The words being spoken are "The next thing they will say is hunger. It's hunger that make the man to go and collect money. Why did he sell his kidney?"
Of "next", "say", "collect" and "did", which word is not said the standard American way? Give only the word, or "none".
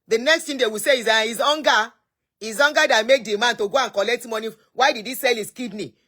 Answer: none